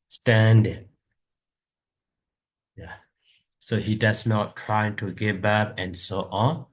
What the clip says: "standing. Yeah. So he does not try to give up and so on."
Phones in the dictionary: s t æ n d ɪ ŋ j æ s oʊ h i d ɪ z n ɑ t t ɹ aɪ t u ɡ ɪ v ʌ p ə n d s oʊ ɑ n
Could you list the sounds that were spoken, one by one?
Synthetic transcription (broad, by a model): s t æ n d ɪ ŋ j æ s oʊ h i d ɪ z n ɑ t t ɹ aɪ t u ɡ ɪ b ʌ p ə n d s oʊ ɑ n